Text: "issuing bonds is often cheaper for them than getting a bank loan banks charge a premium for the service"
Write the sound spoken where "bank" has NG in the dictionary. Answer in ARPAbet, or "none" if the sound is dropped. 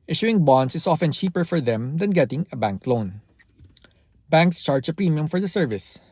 NG